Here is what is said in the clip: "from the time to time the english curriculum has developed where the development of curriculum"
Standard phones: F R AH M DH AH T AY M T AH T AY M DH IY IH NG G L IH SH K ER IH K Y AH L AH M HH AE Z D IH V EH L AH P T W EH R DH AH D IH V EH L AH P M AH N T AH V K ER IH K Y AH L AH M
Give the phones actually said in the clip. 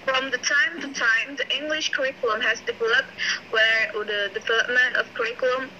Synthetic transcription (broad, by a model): F R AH M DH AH T AY M T AH T AY M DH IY IH NG G L IH SH K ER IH K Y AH L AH M HH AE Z D IH V EH L AH P T W EH R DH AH D IH V EH L AH P M AH N T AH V K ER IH K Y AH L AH M